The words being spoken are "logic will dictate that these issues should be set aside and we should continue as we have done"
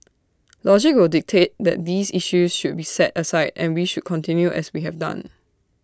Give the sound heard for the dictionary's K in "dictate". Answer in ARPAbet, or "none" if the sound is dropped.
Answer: K